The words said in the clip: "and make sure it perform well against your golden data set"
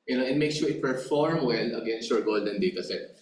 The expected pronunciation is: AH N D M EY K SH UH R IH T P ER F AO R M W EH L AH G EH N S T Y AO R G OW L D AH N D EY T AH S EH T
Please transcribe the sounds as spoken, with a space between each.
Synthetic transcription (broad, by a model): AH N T M EY K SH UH R IH T P ER F AO R M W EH N AH G EH N S T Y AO R G OW L D AH N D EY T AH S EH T